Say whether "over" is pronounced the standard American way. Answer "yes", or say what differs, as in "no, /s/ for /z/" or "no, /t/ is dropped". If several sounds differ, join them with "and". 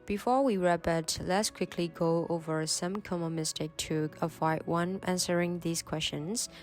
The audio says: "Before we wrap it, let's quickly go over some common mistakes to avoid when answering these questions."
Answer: yes